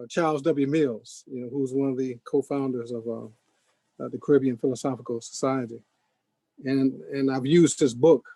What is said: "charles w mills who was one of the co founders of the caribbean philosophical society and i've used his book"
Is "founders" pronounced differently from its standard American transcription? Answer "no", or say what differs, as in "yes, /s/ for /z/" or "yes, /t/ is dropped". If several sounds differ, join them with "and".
no